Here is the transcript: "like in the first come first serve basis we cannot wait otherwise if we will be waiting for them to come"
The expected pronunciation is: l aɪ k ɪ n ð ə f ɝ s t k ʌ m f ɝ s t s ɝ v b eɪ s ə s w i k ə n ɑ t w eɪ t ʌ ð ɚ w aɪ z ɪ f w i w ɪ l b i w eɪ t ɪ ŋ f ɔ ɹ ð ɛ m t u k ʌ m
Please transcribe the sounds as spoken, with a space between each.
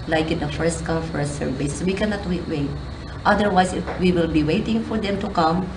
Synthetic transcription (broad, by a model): l aɪ k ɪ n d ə f ɝ s t k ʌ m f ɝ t s ɝ v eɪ s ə w i k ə n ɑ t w eɪ t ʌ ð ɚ w aɪ s ɪ f w i w ɪ l b i w eɪ t ɪ ŋ f ɔ ɹ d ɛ m t u k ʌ m